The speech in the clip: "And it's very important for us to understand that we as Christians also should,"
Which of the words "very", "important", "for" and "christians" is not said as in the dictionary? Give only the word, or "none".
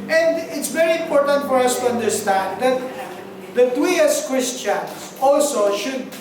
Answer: christians